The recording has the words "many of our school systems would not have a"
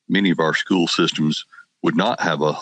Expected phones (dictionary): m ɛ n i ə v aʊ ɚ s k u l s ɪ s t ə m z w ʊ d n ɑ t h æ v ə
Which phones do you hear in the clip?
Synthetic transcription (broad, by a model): m ɛ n i ə v aʊ ɚ s k u l s ɪ s t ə m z w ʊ d n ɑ t h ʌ v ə